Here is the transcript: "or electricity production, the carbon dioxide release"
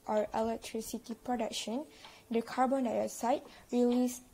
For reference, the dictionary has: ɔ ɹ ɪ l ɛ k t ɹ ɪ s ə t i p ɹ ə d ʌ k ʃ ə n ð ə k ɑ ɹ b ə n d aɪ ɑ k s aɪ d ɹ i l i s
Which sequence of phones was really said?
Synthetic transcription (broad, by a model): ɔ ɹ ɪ l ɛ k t ɹ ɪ s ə t i p ɹ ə d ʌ k ʃ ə n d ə k ɑ ɹ b ə n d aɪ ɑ s aɪ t ɹ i l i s